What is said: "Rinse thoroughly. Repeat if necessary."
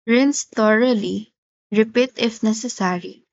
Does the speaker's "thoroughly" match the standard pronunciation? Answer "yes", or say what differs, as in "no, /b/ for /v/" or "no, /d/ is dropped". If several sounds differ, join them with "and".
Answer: no, /t/ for /θ/